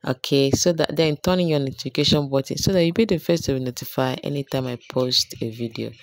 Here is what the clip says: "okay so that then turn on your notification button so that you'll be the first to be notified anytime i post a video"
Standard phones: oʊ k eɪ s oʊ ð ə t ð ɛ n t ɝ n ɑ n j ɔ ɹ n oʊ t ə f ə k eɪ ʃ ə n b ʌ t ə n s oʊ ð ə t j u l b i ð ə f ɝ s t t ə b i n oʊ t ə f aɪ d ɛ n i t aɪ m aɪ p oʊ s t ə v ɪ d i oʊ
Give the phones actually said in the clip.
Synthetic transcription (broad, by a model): oʊ k eɪ s oʊ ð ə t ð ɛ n t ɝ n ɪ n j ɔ n oʊ t ə f ə k eɪ ʃ ə n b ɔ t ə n s oʊ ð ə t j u b i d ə f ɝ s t t ə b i n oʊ t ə f aɪ ɛ n i t aɪ m aɪ p oʊ s t ə v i d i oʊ